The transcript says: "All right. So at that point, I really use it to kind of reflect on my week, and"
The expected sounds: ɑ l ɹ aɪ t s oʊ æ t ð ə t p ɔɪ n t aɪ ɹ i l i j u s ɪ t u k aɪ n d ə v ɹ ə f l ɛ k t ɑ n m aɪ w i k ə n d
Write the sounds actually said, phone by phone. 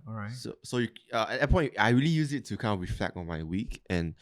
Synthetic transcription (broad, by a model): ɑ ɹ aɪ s s oʊ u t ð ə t p ɔɪ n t aɪ ɹ i l i j u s ɪ t u k aɪ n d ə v ɹ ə f l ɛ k ɑ n m aɪ w i k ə n